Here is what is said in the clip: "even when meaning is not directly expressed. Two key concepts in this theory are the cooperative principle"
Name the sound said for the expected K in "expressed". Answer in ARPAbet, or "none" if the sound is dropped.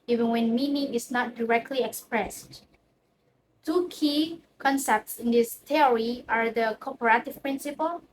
K